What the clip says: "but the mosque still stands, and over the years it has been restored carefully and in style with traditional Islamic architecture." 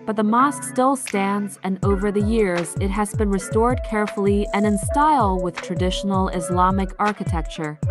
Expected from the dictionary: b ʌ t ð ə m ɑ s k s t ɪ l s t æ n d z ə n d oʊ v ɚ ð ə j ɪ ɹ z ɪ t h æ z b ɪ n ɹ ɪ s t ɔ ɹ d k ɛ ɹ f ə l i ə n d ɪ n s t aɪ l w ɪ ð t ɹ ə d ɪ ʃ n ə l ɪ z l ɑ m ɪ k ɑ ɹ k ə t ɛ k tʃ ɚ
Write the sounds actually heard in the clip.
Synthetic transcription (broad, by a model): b ʌ t ð ə m ɑ s k s t ɪ l s t æ n d z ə n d oʊ v ɚ ð ə j ɪ ɹ z ɪ t h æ z b ɪ n ɹ ɪ s t ɔ ɹ d k ɛ ɹ f l i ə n ɪ n s t aɪ l w ɪ ð t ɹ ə d ɪ ʃ n l ɪ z l ɑ m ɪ k ɑ ɹ k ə t ɛ k tʃ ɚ